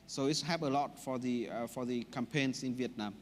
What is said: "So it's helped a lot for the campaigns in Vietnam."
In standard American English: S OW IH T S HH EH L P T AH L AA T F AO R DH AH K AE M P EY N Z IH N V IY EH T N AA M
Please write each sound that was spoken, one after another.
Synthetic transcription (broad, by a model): S OW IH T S HH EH P AH L AA T F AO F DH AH K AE M P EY N S IH N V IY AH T N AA M